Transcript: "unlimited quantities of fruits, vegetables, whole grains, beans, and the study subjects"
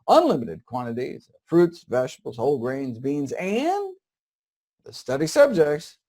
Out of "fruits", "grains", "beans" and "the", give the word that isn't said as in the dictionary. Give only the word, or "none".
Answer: none